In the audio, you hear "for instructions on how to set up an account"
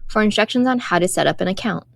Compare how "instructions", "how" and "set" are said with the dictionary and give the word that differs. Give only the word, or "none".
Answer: none